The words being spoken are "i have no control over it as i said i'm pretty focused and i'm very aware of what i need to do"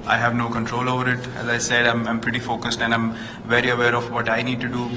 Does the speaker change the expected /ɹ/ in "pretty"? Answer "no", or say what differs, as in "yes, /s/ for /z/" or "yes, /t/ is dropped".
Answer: no